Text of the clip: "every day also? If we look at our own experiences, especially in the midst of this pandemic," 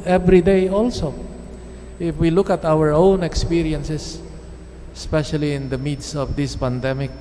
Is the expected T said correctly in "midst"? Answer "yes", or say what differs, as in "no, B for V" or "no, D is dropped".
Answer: no, T is dropped